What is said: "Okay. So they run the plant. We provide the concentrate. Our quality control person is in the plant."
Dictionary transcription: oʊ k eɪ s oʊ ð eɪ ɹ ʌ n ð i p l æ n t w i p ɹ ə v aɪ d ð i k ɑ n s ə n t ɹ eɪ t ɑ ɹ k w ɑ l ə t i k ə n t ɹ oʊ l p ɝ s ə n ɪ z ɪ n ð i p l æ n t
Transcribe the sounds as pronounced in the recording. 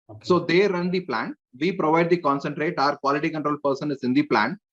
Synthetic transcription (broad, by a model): s oʊ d eɪ ɹ ʌ n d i p l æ n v i p ɹ ə v aɪ d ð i k ɑ n s ə n t ɹ eɪ t ɑ ɹ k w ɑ l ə t i k ə n t ɹ oʊ l p ɝ s ə n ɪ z ɪ n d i p l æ n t